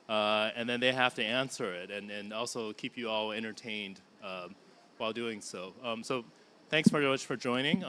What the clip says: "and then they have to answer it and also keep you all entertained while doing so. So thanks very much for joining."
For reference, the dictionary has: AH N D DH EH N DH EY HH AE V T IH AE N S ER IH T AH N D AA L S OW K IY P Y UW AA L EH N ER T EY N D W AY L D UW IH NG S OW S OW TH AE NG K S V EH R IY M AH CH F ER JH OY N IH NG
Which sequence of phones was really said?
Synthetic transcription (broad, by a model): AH N DH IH N DH EY HH AE F T IH AE N S ER IH T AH N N AA L S OW K IY P Y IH AA L EH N ER T EY N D W AY L D UW IH NG S OW S OW TH AE NG K S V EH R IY M AH CH F ER JH OY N IH NG